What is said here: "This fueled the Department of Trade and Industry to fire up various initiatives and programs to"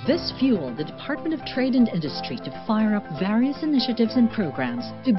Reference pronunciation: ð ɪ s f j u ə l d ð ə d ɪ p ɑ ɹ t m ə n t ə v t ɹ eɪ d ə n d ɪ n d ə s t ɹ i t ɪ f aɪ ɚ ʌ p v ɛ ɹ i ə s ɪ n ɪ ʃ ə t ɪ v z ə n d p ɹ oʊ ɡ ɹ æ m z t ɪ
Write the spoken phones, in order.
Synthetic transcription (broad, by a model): ð ɪ s f j u l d ð ə d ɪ p ɑ ɹ t m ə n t ə v t ɹ eɪ d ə n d ɪ n d ə s t ɹ i t ɪ f aɪ ɚ ʌ p v ɛ ɹ i ə s ɪ n ɪ ʃ ə t ɪ v z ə n p ɹ oʊ ɡ ɹ æ m z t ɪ